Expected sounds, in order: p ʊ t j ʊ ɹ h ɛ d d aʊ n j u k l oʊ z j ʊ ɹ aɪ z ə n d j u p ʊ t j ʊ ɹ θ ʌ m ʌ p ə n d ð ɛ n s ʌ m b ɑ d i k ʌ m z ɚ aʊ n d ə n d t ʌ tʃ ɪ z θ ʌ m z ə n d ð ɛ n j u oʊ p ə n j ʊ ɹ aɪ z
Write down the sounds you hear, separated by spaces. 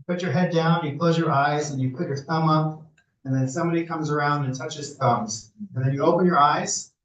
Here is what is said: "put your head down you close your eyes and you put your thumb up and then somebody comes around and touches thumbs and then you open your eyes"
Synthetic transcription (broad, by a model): p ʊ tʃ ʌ ɹ h ɛ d d aʊ n j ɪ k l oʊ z j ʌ ɹ aɪ z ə n j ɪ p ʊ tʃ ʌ ɹ θ ʌ m ʌ p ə n ð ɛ n s ʌ m b ɑ d i k ʌ m z ɚ aʊ n d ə n t ʌ tʃ ɪ z θ ʌ m z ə n ð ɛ n j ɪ oʊ p ə n j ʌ ɹ aɪ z